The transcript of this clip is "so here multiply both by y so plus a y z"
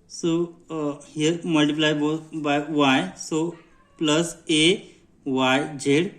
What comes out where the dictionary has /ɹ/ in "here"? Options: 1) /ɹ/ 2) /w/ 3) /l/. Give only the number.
1